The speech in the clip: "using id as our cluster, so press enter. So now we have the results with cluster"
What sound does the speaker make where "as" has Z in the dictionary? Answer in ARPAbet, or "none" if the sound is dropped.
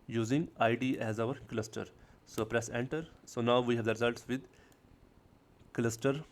Z